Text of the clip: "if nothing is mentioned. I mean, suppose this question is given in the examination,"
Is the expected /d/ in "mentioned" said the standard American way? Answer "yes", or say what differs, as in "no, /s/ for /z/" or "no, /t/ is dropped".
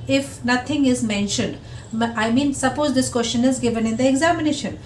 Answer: yes